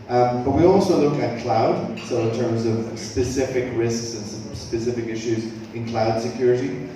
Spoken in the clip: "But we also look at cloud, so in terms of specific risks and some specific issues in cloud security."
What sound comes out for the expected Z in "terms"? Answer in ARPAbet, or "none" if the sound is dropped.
Z